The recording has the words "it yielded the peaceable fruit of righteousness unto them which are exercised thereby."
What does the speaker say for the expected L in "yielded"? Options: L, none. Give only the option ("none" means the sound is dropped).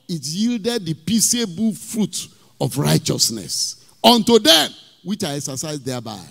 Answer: L